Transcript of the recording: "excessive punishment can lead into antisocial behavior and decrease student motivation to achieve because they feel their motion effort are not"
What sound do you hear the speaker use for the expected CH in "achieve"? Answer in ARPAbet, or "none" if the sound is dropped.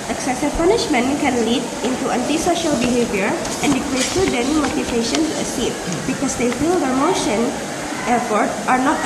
S